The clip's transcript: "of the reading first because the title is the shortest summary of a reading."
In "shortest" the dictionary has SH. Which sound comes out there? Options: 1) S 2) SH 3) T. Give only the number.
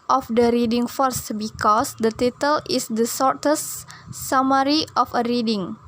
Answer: 1